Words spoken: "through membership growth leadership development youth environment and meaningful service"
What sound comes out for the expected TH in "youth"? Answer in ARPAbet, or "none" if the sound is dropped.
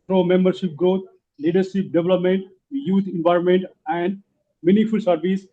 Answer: T